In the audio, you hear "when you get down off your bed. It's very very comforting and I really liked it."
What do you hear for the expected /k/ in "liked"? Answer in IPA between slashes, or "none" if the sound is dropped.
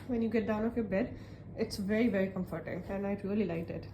none